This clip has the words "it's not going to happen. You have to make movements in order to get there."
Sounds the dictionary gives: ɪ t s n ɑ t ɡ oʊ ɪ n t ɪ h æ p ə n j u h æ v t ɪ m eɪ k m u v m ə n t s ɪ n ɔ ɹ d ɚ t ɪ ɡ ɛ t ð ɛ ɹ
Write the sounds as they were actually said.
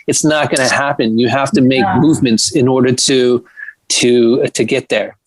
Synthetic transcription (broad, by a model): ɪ t s n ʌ t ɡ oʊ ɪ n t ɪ h æ p ə n j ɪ h æ f t ɪ m eɪ k m u v m ə n t s ɪ n ɔ ɹ d ɚ t ɪ ɡ ɛ t ð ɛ ɹ